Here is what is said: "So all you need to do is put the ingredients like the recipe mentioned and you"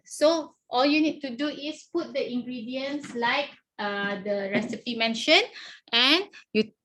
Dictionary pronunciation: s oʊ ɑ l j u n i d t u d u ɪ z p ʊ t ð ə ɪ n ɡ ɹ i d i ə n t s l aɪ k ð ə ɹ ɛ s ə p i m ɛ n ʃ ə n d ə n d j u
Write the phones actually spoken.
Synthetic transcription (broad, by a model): s oʊ ɑ l j u n i d t u d u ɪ s p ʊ t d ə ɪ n ɡ ɹ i d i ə n s l aɪ k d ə ɹ ɛ s ə p i m ɛ n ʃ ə n ə n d j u